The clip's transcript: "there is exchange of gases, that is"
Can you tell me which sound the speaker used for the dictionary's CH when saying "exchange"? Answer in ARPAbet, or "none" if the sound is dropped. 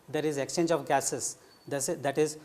CH